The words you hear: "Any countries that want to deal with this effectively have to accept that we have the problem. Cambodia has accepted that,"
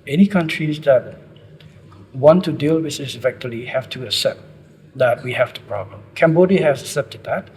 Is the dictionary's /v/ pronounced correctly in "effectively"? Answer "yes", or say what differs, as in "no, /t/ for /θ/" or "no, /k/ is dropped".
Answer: no, /v/ is dropped